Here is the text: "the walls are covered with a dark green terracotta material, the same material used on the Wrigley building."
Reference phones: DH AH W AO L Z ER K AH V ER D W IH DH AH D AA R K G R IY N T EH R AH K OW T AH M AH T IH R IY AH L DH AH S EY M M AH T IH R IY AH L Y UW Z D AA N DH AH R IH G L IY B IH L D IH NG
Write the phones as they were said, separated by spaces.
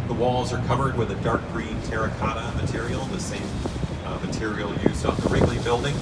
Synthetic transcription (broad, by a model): DH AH W AO L Z ER K AH V ER D W IH DH AH D AA R K G R IY N T EH R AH K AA T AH M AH T IH R IY L DH AH S EY M M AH T IH R IY L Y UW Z AA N DH AH R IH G L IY B IH L D IH NG